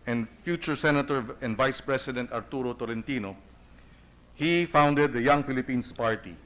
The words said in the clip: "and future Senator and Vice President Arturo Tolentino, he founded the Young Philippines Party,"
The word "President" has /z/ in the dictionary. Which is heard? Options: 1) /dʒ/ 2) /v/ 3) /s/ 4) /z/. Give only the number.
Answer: 3